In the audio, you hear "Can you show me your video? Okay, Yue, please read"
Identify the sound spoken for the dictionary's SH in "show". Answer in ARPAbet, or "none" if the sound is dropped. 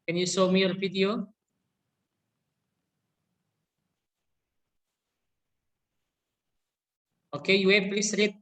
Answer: S